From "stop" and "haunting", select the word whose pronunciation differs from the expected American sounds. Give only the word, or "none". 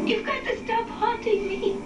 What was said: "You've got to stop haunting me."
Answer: haunting